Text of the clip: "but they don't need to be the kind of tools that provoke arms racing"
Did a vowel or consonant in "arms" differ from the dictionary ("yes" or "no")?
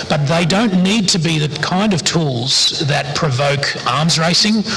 no